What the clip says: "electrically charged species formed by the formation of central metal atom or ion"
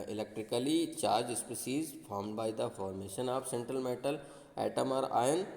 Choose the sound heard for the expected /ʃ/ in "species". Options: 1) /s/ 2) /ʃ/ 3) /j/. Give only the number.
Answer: 1